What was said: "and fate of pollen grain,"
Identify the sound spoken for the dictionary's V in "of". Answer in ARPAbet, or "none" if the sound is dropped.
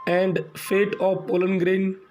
P